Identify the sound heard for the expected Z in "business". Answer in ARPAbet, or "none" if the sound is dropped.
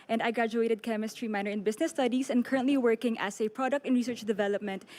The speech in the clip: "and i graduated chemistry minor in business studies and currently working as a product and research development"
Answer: S